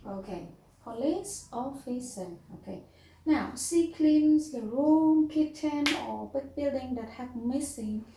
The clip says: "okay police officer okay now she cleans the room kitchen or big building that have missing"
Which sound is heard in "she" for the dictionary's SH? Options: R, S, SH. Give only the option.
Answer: S